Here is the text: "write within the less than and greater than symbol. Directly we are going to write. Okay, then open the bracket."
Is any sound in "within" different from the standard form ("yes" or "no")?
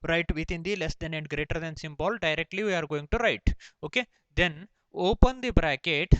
yes